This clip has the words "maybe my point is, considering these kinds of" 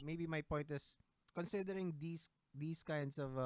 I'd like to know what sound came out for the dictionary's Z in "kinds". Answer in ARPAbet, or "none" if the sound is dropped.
S